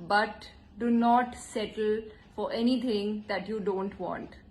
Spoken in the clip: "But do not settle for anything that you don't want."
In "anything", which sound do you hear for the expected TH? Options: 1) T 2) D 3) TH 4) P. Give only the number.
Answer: 1